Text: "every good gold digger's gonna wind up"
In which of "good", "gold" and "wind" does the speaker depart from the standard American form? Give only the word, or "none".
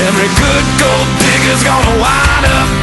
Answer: wind